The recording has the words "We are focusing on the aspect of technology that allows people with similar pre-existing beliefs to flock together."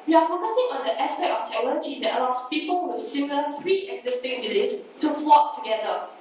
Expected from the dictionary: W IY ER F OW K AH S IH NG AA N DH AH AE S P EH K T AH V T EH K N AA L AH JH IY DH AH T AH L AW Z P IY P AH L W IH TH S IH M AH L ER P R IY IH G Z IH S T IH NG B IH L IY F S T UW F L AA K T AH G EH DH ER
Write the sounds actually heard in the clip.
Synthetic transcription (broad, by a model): W IY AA F OW K AH S IH NG AA N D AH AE S P EH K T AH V T EH K N AA L AH JH IY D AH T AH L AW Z P IY P AH L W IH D S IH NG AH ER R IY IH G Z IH S T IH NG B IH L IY S T UW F L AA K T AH G EH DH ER